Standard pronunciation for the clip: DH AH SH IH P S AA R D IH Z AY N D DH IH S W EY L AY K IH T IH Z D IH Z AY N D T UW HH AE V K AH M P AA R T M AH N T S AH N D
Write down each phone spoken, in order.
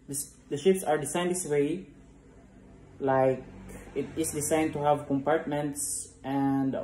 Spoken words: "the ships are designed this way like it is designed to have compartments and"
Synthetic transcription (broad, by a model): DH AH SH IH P S AA R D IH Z AY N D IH S W EY L AY K IH T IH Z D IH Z AY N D T UW HH AE V K AH M P AA R T M AH N T S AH N D